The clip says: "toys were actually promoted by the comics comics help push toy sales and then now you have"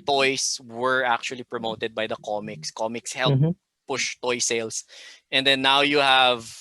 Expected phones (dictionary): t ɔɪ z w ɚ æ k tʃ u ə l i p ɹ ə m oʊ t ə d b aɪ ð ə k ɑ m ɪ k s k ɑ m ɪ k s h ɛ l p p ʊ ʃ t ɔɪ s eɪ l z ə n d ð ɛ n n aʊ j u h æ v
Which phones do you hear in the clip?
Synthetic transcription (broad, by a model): t ɔɪ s w ɚ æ k tʃ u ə l i p ɹ ə m oʊ t ə d b aɪ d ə k ɑ m ɪ k s k ɑ m ɪ k s h ɛ l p p ʊ ʃ t ɔɪ s eɪ l s ə n d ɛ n n aʊ j u h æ v